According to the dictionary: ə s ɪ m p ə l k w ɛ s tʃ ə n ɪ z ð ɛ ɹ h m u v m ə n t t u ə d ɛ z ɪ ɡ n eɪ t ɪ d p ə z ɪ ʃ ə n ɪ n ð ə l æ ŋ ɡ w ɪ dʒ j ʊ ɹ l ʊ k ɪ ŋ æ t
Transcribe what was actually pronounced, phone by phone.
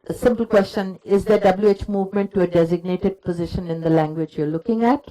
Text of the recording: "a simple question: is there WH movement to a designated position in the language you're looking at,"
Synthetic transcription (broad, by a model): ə s ɪ m p ə l k w ɛ s tʃ ə n ɪ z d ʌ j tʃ m u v m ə n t t u ə d ɛ z ɪ ɡ n eɪ t ɪ d p ə z ɪ ʃ ə n ɪ n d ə l æ ŋ ɡ w ɪ dʒ j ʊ ɹ l ʊ k ɪ ŋ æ t